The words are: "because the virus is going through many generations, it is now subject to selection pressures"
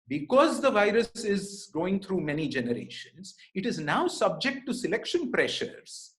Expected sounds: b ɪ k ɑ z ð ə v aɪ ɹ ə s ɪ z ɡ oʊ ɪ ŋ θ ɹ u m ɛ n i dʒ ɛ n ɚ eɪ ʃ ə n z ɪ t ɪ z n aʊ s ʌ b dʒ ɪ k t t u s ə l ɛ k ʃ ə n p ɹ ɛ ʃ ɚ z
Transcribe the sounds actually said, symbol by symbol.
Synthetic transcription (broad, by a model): b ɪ k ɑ z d ə v aɪ ɹ ə s ɪ z ɡ oʊ ɪ ŋ t ɹ u m ɛ n i dʒ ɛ n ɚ eɪ ʃ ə n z ɪ t ɪ z n aʊ s ʌ b dʒ ɪ k t t u s ə l ɛ k ʃ ə n p ɹ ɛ ʃ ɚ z